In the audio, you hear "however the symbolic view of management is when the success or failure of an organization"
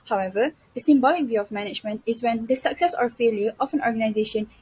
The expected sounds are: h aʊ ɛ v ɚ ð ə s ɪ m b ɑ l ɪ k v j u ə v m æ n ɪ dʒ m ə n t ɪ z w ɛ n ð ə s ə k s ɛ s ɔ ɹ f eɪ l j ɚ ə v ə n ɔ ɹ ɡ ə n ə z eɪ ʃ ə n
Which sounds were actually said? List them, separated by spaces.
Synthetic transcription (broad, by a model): h aʊ ɛ v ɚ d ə s ɪ m b ɑ l ɪ k v j u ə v m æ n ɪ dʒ m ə n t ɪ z w ɛ n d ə s ə k s ɛ s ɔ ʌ f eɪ l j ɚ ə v ə n ɔ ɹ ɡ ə n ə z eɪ ʃ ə n